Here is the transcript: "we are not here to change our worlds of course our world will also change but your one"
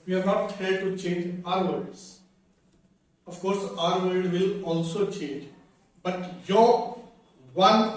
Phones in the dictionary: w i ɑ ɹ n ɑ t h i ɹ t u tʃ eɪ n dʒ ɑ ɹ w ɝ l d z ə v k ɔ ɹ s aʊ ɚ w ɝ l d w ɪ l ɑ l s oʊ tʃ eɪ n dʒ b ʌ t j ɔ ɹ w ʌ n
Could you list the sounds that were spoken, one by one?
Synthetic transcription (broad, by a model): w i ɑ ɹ n ɑ t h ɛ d t u tʃ eɪ n dʒ ɑ ɹ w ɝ d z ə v k ɔ ɹ s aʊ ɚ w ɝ d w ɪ l ɑ l s oʊ tʃ eɪ n dʒ b ʌ t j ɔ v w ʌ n